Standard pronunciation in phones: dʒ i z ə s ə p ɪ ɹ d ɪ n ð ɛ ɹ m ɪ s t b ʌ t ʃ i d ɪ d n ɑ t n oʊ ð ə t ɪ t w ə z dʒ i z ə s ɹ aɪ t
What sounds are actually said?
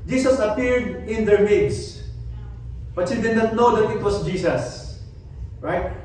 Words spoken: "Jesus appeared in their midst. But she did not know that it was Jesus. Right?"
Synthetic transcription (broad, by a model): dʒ i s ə s ə p ɪ ɹ d ɪ n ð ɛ ɹ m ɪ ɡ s b ʌ t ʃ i d ɪ d n ɑ t n oʊ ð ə t ɪ t w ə s dʒ i s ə s ɹ aɪ t